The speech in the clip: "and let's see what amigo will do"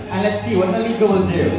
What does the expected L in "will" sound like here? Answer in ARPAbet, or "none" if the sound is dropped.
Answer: N